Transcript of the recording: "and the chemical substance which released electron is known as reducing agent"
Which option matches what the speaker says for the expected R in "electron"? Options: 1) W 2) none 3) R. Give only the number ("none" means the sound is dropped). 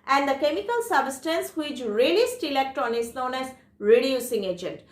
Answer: 2